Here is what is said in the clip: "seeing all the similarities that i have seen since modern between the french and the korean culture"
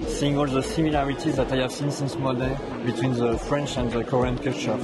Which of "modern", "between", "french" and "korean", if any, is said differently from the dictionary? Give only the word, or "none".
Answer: modern